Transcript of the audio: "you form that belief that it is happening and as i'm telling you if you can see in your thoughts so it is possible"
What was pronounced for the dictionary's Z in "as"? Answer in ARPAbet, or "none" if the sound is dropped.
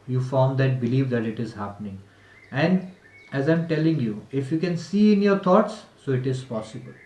Z